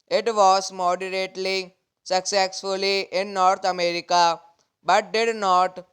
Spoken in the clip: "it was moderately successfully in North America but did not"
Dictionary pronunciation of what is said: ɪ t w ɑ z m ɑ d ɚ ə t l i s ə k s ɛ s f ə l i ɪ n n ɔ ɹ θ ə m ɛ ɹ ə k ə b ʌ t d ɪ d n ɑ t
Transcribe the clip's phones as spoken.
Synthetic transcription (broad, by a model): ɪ t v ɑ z m ɑ d ɚ ə t l i s ə k s ɛ s f ə l i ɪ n n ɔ ɹ t ə m ɛ ɹ ə k ə b ʌ t d ɪ d n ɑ t